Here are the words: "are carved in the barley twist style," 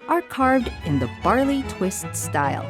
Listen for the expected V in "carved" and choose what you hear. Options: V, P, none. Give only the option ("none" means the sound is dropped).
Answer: V